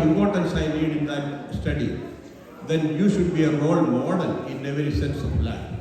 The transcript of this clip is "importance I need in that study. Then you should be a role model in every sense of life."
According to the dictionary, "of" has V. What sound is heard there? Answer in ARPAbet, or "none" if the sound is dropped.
P